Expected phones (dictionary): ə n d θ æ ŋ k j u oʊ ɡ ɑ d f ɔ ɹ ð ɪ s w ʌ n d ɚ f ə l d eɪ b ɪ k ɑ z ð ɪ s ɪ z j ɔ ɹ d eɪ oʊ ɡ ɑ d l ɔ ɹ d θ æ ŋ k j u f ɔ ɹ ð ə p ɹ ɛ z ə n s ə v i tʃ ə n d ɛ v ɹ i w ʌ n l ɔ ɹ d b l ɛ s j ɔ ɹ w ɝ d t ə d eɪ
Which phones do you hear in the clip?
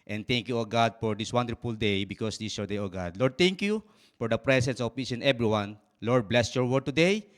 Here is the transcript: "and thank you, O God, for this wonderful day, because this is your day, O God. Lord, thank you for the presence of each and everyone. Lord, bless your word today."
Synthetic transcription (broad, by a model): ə n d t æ ŋ k j u oʊ ɡ ɑ d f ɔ ɹ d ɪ s w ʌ n d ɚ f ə l d eɪ b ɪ k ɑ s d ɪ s j ɔ ɹ d eɪ oʊ ɡ ɑ d l ɔ ɹ d t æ ŋ k j u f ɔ ɹ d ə p ɹ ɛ s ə n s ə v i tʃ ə n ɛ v ɹ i w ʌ n l ɔ ɹ d b l ɛ s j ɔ ɹ w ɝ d t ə d eɪ